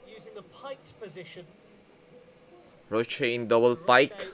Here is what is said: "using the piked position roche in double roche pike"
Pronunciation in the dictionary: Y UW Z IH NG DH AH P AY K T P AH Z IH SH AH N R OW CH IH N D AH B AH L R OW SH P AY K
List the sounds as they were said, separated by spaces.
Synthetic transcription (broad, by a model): Y UW Z IH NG DH AH P AY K P AH Z IH SH AH N R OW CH IH N D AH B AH L P AY K